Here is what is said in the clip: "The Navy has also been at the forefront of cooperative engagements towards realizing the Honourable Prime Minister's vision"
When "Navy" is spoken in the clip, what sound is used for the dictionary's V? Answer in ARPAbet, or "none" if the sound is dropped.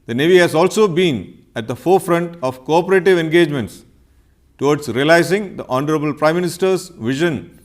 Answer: V